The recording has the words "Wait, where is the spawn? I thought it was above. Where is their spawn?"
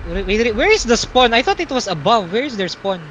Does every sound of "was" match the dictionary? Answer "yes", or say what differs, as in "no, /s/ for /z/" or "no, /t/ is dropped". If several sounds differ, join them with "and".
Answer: no, /s/ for /z/